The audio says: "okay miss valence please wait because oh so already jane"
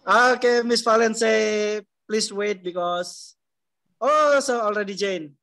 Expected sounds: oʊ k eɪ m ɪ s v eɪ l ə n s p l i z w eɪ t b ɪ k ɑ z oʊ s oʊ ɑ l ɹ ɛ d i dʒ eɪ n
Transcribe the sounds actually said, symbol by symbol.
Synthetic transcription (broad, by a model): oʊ k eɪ m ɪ s f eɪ l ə n s p l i s w eɪ t b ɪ k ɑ s oʊ s oʊ ɑ l ɹ ɛ d i dʒ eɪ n